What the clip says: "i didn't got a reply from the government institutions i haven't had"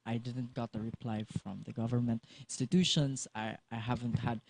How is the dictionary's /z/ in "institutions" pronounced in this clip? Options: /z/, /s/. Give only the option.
/s/